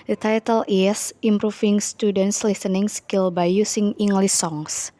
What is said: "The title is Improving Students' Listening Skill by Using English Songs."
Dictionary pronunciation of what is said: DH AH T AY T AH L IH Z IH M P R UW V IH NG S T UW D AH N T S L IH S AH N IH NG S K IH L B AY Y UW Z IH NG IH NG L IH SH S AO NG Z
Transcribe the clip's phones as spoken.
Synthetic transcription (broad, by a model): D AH T AY T AH L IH S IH M P R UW F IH NG S T UW D AH N T S L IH S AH N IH NG S K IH L B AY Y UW S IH NG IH NG L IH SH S AO NG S